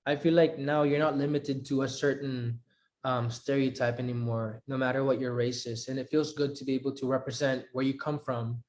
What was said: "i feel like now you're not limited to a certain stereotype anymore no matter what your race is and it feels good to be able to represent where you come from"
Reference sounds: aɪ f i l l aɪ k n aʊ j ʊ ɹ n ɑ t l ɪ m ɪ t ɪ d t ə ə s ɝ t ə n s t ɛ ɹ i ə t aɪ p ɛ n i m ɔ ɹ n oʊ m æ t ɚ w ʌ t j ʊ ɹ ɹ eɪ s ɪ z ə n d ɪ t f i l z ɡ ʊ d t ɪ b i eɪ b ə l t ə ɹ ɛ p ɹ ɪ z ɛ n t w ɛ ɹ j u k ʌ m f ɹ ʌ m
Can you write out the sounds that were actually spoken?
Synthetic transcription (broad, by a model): aɪ f i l l aɪ k n aʊ j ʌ ɹ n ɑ t l ɪ m ɪ t ɪ d t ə ə s ɝ t ə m s t ɛ ɹ i ə t aɪ p ɛ n i m ɔ ɹ n oʊ m æ t ɚ w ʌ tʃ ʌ ɹ ɹ eɪ s ɪ z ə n ɪ t f i l z ɡ ʊ d t ɪ b i eɪ b l t ə ɹ ɛ p ɹ ɪ z ɛ n t w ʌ ɹ j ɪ k ʌ m f ɹ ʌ m